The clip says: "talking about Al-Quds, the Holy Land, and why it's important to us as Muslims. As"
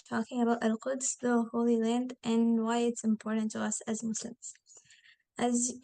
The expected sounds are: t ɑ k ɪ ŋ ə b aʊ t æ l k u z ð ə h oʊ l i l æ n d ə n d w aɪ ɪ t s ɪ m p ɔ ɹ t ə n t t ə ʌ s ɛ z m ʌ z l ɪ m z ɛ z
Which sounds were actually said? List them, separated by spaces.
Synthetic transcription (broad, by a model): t ɑ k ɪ ŋ ə b aʊ t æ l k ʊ s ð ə h oʊ l i l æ n d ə n w aɪ ɪ t s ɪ m p ɔ ɹ t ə n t t ə ʌ s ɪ z m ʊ s l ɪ m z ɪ z